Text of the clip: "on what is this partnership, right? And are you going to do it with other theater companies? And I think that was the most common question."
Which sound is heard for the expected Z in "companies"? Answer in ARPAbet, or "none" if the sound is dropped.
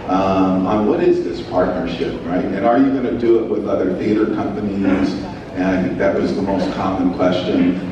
Z